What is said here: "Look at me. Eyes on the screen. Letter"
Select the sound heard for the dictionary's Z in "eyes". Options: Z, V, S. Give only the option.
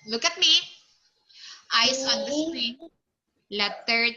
S